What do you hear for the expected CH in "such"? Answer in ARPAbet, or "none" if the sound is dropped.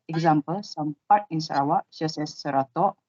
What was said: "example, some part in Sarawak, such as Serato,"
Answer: S